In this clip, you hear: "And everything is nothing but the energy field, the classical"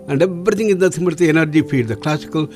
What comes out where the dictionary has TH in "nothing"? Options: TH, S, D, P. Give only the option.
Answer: S